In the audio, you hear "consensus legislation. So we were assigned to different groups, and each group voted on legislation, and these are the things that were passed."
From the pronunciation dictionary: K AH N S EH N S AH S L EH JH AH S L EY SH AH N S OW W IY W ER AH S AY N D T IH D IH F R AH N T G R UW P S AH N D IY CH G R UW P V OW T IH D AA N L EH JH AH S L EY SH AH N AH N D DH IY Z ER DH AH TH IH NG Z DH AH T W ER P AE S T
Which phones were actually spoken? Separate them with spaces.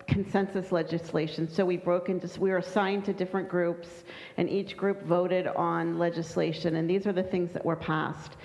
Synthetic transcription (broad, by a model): K N S EH N S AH S L EH JH AH S L EY SH AH N S OW W IY W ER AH S AY N T IH D IH F R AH N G R UW P S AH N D IY CH G R UW P V OW T IH D N L EH JH AH S L EY SH AH N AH N DH IY Z ER DH AH TH IH NG Z DH AH T W ER P AE S T